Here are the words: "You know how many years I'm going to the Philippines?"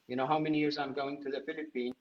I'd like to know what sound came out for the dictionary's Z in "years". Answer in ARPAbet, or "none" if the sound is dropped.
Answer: Z